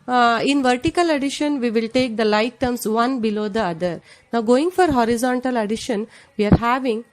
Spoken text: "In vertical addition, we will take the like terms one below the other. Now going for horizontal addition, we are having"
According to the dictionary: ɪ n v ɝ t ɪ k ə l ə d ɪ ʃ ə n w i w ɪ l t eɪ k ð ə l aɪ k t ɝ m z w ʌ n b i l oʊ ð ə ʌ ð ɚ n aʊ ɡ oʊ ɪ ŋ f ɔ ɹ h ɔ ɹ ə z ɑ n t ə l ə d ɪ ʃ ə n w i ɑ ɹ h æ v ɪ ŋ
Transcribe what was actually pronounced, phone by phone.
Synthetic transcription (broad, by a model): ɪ n v ɝ t ɪ k ə l ə d ɪ ʃ ə n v i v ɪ l t eɪ k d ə l aɪ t t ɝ m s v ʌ n b i l oʊ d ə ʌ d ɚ n aʊ ɡ oʊ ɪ ŋ f ɔ ɹ h ɔ ɹ ə z ɑ n t ə l ə d ɪ ʃ ə n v i ɑ ɹ h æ v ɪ ŋ